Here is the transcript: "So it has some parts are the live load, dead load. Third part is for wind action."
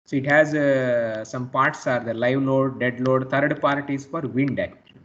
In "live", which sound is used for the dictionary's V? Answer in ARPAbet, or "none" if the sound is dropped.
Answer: V